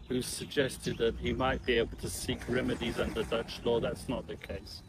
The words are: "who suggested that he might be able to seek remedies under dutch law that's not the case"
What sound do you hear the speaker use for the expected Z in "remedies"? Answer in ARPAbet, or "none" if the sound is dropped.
Z